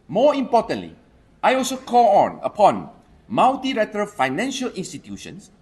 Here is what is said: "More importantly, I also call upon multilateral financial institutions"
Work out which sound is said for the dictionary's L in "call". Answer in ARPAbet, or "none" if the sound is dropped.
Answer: N